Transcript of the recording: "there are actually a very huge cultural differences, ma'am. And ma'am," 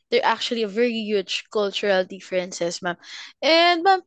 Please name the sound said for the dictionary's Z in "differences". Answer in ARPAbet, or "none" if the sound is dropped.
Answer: S